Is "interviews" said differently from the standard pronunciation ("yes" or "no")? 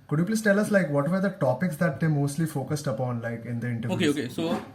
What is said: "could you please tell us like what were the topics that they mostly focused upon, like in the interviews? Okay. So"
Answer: yes